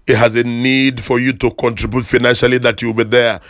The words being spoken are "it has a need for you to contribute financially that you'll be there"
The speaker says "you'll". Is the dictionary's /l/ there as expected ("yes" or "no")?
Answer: no